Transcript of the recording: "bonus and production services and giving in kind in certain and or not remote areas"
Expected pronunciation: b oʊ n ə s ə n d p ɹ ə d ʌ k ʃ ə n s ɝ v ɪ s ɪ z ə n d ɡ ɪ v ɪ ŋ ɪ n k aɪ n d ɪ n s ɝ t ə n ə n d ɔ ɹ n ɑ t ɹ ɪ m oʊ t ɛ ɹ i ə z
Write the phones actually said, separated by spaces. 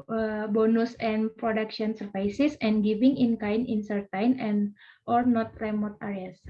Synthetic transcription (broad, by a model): b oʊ n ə s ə n p ɹ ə d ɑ k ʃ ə n s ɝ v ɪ s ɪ s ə n ɡ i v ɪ ŋ ɪ n k aɪ n ɪ n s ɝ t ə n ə n ɔ ɹ n ɑ t ɹ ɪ m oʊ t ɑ ɹ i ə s